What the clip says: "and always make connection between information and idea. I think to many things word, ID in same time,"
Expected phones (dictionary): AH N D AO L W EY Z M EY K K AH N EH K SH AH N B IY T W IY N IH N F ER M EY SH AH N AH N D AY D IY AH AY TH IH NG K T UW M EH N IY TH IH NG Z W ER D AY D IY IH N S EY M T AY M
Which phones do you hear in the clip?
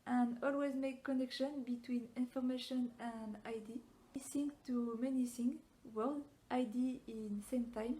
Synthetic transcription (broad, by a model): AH N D AO L W EY Z M EY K K AH N EH K SH AH N B IY T W IY N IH N F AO M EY SH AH N AH N D AY D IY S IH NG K T UW M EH N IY S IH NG W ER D AY D IY IH N S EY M T AY M